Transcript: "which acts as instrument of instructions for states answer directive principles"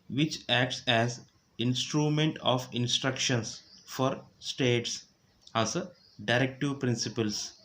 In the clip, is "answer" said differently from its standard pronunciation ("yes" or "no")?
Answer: yes